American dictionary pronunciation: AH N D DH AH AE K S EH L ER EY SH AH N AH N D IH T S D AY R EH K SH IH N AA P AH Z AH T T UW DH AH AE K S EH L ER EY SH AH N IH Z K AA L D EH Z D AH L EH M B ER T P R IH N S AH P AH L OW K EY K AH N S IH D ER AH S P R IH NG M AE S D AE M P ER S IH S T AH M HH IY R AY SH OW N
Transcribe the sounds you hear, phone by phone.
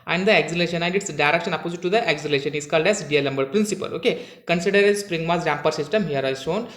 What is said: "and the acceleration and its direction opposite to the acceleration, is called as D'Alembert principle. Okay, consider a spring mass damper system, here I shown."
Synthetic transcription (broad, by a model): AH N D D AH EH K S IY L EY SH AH N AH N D IH T S D AY R EH K SH IH N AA P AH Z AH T T UW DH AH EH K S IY L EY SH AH N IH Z K AA L D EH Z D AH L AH M B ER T P R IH N S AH P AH L OW K EY K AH N S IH D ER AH S P R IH NG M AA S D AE M P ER S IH S T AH M HH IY R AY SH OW N